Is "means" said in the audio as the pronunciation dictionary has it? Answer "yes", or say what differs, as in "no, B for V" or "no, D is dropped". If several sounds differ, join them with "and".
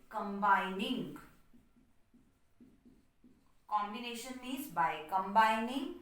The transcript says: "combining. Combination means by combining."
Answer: no, N is dropped